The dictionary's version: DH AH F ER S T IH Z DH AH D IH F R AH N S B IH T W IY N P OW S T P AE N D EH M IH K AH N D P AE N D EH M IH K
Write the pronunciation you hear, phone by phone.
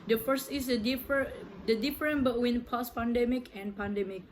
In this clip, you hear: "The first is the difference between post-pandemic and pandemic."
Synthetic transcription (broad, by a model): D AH F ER S T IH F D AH D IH F R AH N B IH T W IY N P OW S P AE N D EH M IH K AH N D P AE N D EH M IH K